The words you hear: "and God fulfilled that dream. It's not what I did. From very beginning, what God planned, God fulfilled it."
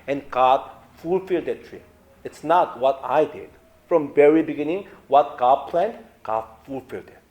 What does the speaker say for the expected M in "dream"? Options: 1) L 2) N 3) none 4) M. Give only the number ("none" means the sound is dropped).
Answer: 3